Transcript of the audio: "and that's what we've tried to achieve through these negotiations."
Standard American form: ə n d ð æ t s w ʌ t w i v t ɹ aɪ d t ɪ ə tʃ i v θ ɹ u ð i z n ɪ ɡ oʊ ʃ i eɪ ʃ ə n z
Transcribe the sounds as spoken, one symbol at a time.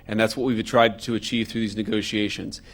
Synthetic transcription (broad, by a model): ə n ð æ t s w ʌ t w i v t ɹ aɪ d t ɪ ə tʃ i v θ ɹ u ð i z n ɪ ɡ oʊ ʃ i eɪ ʃ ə n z